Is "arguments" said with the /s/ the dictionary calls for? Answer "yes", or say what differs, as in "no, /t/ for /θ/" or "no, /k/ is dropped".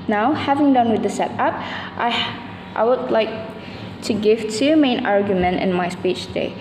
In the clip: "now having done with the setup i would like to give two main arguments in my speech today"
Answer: no, /s/ is dropped